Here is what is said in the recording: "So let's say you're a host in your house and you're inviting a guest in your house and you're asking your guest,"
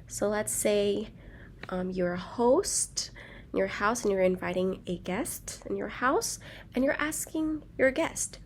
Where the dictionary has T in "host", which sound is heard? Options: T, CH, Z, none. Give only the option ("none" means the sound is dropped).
T